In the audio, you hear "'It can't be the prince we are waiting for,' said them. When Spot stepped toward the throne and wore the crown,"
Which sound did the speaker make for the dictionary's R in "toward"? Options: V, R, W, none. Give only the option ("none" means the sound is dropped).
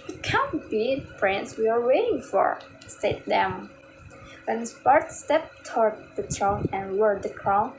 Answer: R